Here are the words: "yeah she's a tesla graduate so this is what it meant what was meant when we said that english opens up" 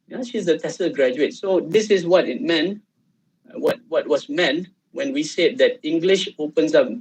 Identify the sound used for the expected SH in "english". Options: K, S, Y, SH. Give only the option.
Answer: SH